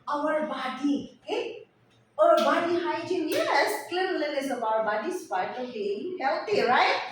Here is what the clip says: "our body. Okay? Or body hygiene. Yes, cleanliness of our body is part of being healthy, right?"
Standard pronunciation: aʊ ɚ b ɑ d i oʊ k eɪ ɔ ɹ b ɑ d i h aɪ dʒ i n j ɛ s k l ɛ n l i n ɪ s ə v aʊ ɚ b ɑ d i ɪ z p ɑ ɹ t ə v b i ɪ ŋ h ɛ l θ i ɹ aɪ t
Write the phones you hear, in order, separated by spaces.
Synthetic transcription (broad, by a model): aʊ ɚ b ɑ d i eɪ ɔ ɹ b ɑ d i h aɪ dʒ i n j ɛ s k l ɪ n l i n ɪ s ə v aʊ ɚ b ɑ d i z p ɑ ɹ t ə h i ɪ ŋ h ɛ l t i ɹ aɪ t